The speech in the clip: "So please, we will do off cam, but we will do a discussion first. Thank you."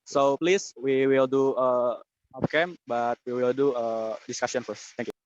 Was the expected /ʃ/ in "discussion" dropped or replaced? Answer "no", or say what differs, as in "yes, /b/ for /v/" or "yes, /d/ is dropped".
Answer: yes, /s/ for /ʃ/